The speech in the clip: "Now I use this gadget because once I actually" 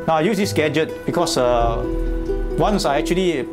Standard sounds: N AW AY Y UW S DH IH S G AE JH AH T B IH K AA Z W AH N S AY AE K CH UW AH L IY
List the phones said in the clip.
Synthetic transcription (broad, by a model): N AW AY Y UW S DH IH S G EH JH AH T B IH K AA S W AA N S AY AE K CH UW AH L IY